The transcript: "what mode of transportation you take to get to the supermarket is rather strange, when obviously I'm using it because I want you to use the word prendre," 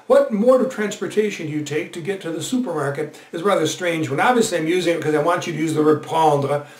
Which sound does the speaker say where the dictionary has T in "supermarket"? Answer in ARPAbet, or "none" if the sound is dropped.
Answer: T